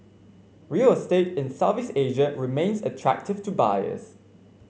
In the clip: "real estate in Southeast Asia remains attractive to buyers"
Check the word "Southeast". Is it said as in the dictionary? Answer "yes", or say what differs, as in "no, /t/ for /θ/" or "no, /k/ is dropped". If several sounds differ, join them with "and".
no, /t/ is dropped